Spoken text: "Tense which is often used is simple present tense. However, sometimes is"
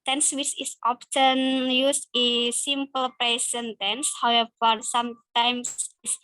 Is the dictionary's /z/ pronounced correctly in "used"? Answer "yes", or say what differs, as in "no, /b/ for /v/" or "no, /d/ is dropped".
no, /s/ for /z/